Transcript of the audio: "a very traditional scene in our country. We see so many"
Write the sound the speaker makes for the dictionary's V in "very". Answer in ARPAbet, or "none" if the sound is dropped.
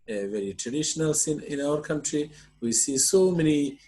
V